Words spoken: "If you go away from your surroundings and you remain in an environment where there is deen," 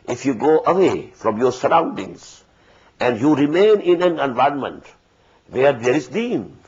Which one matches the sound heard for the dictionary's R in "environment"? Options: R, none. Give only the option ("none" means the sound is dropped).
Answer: none